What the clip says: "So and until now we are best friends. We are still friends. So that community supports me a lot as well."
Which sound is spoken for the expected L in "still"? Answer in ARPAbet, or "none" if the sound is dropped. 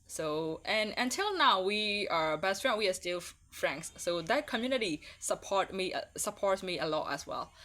L